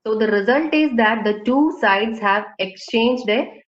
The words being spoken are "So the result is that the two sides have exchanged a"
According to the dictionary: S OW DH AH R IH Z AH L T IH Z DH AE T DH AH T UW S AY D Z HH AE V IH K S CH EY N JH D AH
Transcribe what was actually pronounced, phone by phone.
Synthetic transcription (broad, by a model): S OW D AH R IH Z AH L T IH Z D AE T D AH T UW S AY D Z HH AE V IH K S CH EY N JH D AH